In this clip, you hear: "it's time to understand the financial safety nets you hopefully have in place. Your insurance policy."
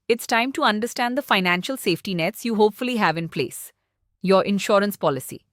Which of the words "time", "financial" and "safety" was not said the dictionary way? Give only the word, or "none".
none